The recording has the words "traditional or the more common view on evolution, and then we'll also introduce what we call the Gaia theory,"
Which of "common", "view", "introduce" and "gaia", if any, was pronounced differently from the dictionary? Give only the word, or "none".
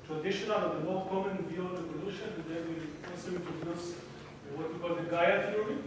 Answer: introduce